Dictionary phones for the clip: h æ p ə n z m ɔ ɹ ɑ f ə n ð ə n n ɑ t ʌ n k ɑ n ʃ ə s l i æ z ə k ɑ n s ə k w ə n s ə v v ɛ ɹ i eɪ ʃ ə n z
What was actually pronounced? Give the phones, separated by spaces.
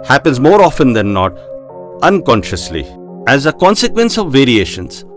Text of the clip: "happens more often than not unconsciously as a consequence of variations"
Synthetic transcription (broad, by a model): h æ p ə n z m ɔ ɹ ɑ f ə n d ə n n ɑ t ʌ n k ɑ n ʃ ə s l i æ z ə k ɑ n s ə k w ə n s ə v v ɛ ɹ i eɪ ʃ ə n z